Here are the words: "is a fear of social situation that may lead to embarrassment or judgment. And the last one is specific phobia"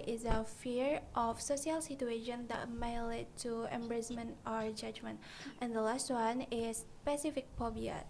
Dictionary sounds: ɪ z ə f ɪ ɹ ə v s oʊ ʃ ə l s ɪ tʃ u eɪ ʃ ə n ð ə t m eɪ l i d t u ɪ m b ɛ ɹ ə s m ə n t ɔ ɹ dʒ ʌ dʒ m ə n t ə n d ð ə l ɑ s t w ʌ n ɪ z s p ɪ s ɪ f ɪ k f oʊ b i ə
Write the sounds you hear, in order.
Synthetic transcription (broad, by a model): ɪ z ə f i ɹ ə f s oʊ s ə l s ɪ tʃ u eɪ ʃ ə n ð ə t m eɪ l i t u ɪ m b ɹ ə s m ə n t ɔ ɹ dʒ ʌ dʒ m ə n t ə n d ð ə l ɑ s t w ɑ n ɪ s p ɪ s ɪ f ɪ k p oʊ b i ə